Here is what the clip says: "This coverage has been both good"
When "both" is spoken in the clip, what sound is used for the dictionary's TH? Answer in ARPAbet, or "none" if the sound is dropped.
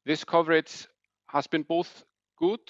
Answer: TH